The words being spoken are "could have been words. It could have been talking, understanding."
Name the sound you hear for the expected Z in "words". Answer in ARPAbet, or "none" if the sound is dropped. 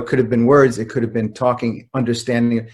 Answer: Z